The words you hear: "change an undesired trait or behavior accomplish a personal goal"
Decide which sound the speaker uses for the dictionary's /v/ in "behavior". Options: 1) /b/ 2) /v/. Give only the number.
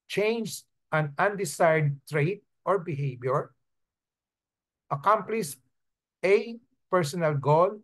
1